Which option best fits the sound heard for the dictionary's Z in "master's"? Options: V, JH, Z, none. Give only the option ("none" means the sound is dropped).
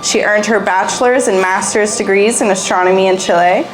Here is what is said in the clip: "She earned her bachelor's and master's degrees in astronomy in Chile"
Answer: Z